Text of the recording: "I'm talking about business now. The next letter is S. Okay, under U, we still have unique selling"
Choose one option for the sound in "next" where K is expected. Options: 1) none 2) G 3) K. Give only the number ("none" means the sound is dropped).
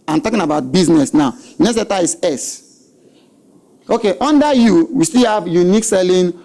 1